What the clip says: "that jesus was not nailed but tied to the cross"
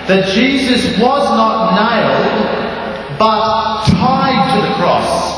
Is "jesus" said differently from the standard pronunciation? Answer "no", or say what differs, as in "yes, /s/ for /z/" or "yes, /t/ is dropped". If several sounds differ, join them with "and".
no